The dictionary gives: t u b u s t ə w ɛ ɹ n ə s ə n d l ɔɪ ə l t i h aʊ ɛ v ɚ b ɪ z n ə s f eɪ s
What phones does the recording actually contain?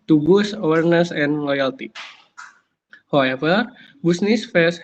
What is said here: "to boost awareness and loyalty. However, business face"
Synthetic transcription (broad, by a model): t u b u s ə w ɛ ɹ n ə s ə n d l ɔɪ ə l t i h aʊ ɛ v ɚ b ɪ s n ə s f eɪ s